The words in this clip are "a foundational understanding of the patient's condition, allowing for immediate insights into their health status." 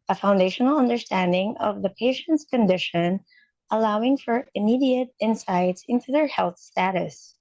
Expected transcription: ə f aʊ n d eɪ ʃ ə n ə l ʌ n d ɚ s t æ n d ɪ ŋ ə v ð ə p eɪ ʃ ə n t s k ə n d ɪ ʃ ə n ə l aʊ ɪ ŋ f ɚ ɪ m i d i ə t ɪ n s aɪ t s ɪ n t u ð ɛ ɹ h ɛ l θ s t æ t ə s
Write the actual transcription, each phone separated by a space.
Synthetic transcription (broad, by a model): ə f aʊ n d eɪ ʃ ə n l ʌ n d ɚ s t æ n d ɪ ŋ ə v ð ə p eɪ ʃ ə n t s k ə n d ɪ ʃ ə n ə l aʊ ɪ ŋ f ɚ ɪ m i d i ə t ɪ n s aɪ t s ɪ n t u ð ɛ ɹ h ɛ l θ s t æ t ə s